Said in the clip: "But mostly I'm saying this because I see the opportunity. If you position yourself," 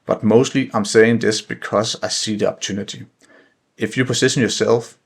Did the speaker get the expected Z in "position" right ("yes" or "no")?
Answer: no